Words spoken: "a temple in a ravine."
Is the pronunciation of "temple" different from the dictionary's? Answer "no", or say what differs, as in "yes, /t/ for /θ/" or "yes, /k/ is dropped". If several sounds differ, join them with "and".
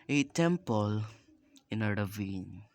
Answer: no